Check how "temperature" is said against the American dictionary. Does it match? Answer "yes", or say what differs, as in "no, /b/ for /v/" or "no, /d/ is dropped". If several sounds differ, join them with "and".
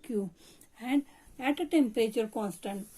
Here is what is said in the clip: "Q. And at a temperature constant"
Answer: no, /ɹ/ is dropped